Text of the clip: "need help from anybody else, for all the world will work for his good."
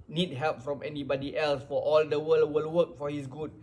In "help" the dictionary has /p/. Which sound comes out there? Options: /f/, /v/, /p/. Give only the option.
/p/